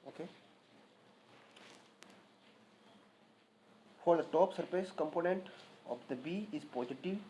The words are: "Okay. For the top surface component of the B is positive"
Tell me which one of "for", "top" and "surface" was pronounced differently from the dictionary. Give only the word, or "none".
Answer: surface